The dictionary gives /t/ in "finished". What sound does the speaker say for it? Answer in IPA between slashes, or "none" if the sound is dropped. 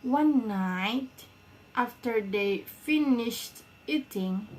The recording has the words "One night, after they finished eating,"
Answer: /t/